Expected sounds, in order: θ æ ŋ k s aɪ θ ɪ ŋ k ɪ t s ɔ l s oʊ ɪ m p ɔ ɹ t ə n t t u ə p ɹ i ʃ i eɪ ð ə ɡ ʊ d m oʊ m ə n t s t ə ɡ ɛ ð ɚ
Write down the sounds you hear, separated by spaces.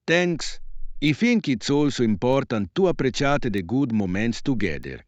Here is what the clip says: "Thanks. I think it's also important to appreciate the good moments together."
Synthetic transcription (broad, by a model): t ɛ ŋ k s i f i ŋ k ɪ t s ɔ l s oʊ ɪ m p ɔ ɹ t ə n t t u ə p ɹ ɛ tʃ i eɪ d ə ɡ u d m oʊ m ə n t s t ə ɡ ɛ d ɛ